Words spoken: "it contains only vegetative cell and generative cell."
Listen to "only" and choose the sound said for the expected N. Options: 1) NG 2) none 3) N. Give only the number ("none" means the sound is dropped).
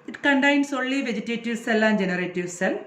2